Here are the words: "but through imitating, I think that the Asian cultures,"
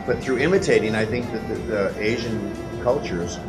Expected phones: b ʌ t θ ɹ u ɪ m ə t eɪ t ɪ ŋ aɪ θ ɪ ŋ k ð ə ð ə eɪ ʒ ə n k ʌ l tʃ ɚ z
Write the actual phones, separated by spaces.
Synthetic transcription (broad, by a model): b ʌ t θ ɹ u ɪ m ə t eɪ t ɪ ŋ aɪ θ ɪ ŋ k ð ə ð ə eɪ ʒ ə n k ʌ l tʃ ɚ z